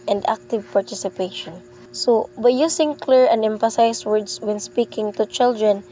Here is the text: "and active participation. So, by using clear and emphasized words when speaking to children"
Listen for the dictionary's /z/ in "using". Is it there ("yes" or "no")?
no